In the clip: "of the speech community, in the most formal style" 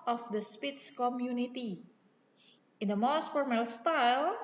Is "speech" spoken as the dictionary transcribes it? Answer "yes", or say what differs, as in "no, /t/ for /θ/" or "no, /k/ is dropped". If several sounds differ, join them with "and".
no, /s/ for /tʃ/